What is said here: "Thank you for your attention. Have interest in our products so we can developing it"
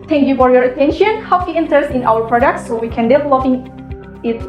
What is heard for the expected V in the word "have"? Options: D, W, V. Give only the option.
W